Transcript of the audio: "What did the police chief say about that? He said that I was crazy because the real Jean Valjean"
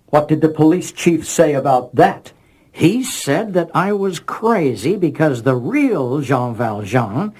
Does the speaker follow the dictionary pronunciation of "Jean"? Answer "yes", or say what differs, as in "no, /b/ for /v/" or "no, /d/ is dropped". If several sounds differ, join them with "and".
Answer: no, /ʒ/ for /dʒ/